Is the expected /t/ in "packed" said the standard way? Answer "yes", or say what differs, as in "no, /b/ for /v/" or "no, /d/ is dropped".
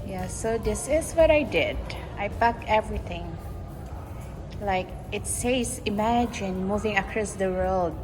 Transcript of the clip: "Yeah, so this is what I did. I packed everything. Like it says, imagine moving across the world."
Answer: no, /t/ is dropped